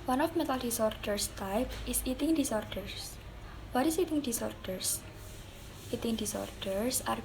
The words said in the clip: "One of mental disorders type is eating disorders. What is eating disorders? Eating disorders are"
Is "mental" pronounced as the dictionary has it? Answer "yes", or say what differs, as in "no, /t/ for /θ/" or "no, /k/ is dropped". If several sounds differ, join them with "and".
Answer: no, /n/ is dropped